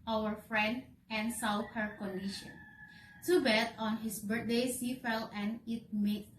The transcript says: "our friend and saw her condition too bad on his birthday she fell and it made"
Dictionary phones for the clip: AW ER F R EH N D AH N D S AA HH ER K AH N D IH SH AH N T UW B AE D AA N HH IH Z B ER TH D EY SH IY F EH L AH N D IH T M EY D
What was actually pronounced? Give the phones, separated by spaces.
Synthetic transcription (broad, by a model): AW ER F R EH N D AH N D S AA HH ER K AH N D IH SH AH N T UW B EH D AA N HH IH S B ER T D EY S IY F EH L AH N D IH T M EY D